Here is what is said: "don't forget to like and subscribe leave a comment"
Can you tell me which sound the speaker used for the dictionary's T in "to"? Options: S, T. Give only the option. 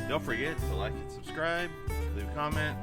S